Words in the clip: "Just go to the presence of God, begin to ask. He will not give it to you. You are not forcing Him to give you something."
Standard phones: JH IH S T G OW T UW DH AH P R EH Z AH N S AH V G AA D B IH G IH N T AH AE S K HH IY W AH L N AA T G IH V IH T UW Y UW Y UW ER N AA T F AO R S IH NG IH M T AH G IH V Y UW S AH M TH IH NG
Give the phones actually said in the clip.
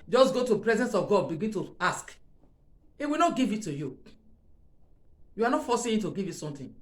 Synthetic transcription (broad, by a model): JH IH S G OW T UW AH P R EH Z AH N S AH V G AA D B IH G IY N T AH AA S K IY W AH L N AA T G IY V IH T UW Y UW Y UW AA N AA T F AO S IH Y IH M T AH G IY V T S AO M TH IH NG